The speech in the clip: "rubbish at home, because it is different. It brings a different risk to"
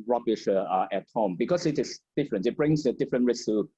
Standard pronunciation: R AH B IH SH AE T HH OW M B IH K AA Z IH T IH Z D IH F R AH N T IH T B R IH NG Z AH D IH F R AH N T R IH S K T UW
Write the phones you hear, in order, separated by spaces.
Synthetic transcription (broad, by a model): R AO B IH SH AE T HH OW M B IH K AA S IH T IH S D IH F R AH N T IH T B R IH NG S AH D IH F R AH N T R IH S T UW